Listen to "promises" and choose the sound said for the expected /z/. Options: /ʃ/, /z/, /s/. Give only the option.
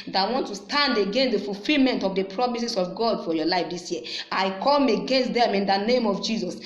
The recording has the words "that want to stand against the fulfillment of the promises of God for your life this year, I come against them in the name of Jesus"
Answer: /s/